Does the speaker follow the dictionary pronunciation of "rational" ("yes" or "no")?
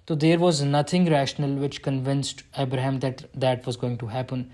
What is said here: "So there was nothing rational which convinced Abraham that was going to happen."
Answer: yes